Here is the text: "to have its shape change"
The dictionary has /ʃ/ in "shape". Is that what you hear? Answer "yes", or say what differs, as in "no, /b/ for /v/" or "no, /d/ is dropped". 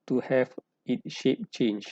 yes